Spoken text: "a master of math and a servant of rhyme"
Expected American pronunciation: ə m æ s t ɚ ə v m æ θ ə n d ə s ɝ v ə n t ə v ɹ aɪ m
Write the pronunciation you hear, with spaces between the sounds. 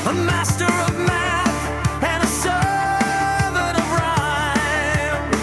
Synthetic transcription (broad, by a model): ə m æ s t ɚ ə v m æ θ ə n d ə s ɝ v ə t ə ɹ aɪ